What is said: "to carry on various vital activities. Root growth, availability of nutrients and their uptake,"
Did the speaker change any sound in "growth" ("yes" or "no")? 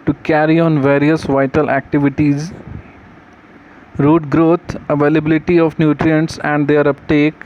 yes